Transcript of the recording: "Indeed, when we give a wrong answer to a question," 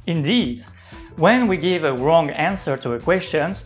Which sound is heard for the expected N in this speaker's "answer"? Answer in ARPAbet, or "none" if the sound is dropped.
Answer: N